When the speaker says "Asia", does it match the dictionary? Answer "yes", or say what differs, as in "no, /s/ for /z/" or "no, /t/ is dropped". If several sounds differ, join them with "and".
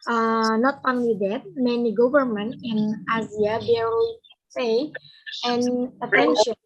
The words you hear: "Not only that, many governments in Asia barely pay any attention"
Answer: no, /z/ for /ʒ/